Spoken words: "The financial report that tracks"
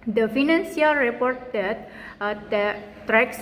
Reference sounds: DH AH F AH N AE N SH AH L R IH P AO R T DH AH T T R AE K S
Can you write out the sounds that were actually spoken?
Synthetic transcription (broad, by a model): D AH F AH N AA N S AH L R IH P AO R T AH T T R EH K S